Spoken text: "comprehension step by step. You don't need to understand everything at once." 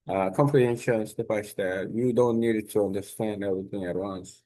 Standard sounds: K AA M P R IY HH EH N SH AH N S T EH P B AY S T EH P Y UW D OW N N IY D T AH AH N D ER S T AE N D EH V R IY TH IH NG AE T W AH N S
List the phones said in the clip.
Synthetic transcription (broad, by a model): K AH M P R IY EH N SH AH N S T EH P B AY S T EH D Y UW D OW N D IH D T AH AH N D ER S T AE N D EH V R IY TH IH NG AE T W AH N S